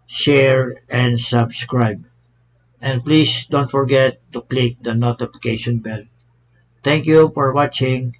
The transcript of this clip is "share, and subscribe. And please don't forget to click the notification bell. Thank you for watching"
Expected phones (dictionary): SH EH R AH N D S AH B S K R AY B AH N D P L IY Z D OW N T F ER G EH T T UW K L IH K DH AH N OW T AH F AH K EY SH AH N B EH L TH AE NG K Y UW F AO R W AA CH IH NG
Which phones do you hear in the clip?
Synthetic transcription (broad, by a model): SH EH R AH N D S AH B S K R AY B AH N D P L IY S D OW N T F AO G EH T T UW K L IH K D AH N OW T AH F AH K EY SH AH N B EH L T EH NG K Y UW F AO R W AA CH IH NG